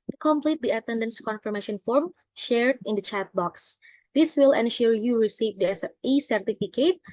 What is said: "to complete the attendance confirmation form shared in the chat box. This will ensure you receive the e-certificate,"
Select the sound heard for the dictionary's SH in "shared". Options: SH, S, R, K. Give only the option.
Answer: SH